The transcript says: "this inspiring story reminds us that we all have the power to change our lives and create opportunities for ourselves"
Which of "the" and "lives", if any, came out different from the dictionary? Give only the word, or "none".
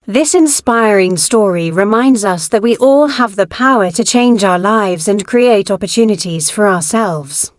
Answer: none